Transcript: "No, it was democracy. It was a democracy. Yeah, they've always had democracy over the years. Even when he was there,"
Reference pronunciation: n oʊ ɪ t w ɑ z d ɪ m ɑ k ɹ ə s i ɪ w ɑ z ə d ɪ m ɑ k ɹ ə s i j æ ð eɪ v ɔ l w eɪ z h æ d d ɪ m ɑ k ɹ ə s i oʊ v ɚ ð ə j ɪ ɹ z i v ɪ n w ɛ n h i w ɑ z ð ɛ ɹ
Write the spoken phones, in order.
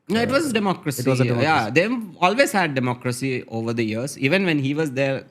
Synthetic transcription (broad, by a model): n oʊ ɪ t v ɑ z d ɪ m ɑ k ɹ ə s ɪ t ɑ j ə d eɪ ɔ l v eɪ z h æ d d ɪ m ɑ k ɹ ə s i oʊ v ɚ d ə j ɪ ɹ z i v ɪ n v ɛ n h i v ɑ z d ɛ ɹ